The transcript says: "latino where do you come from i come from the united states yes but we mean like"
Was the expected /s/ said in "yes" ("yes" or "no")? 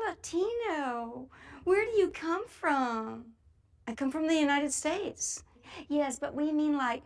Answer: yes